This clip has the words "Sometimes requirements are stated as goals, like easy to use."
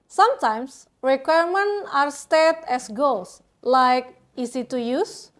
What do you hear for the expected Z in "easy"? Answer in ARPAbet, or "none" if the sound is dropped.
S